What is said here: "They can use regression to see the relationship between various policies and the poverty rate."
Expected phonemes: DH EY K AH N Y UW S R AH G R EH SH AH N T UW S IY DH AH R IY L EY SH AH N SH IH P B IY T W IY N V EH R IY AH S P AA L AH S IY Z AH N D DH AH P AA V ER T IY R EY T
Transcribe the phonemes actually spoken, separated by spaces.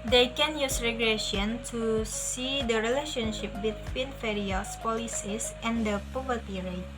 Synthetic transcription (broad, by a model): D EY K AH N Y UW S R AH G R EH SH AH N T UW S IY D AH R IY L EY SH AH N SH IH P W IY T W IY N F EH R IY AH S P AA L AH S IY S AH N D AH P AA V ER T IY R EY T